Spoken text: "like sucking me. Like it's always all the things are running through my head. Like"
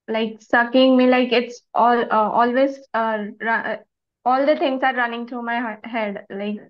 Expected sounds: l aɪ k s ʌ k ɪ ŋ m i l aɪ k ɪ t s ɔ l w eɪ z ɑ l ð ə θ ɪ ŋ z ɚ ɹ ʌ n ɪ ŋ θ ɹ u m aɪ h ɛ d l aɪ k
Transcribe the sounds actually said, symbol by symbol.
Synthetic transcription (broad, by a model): l aɪ k s ʌ k ɪ ŋ m i l aɪ k ɪ t s ɔ l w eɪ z ɑ l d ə t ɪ ŋ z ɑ ɹ ʌ n ɪ ŋ t ɹ u m aɪ h ɛ d l aɪ k